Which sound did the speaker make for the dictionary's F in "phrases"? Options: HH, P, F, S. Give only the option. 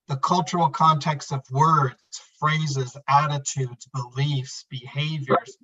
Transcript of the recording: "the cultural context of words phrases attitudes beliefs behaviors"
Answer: F